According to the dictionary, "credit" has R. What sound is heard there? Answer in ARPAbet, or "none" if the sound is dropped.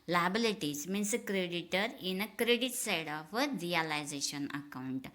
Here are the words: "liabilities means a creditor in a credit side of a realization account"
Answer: R